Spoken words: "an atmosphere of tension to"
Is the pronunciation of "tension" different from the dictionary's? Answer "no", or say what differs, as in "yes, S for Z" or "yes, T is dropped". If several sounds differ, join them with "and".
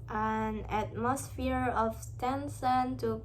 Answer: yes, S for SH